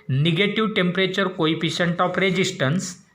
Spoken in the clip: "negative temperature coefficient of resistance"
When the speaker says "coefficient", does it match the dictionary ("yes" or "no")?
no